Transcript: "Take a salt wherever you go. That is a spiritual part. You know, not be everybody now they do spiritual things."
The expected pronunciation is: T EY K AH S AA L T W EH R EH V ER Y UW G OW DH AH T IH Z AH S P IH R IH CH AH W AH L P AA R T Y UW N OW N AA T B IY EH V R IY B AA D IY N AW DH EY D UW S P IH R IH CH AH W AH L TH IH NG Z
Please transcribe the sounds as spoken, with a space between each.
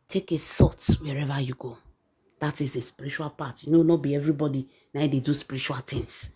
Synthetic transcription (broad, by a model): T EY K AH S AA T W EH R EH V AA Y UW G OW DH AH T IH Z AH S P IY R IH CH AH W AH L P AA T Y UW N OW N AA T B IY EH V R IY B AA D IY N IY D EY D UW S P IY R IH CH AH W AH L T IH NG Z